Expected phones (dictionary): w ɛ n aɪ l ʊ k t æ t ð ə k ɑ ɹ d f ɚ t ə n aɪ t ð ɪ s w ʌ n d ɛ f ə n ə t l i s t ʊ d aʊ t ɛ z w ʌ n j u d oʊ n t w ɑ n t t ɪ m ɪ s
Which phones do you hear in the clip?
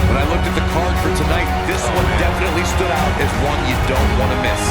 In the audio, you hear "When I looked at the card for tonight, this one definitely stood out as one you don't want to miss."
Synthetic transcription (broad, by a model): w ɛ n aɪ l ʊ k t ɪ t ð ə k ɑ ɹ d f ɚ t ə n aɪ t ð ɪ s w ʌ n d ɛ f ə n ə t l i s t ʊ d aʊ t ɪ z w ʌ n j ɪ d oʊ n t w ɑ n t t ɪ m ɪ s